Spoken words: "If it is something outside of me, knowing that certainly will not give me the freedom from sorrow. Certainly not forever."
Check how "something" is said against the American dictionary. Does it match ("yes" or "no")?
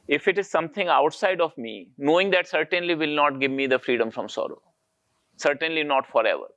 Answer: no